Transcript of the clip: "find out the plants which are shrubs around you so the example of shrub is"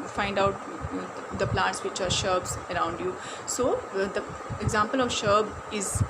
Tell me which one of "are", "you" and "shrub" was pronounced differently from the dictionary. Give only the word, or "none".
shrub